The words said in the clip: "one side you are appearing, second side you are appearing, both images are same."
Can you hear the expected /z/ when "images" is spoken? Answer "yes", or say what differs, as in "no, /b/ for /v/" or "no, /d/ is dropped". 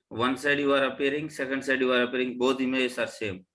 no, /s/ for /z/